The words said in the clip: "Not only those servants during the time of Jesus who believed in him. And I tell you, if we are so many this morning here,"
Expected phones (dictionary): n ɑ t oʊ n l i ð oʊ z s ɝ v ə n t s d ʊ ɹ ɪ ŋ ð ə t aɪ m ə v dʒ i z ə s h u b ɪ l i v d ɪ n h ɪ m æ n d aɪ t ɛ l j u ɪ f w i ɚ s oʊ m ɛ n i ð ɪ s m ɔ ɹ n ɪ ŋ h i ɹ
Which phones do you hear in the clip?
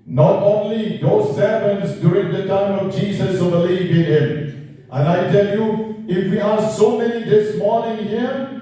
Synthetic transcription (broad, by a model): n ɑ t oʊ n l i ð oʊ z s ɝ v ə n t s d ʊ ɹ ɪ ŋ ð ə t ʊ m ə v dʒ i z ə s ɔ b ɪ l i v ɪ n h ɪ m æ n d aɪ t ɛ l j u ɪ f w i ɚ s oʊ m ɛ n i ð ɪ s m ɔ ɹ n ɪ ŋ h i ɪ